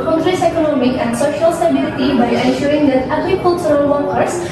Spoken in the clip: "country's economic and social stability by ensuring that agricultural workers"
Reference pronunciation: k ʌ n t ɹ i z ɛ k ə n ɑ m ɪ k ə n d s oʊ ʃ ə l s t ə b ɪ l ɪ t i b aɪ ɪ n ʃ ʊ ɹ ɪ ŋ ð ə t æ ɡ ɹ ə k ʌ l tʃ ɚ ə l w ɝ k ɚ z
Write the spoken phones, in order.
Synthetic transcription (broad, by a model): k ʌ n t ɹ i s ɛ k ə n ɑ m ɪ k ə n d s oʊ ʃ ə l s t ə b ɪ l ɪ t i b aɪ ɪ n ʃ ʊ ɹ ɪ ŋ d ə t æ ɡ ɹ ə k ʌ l s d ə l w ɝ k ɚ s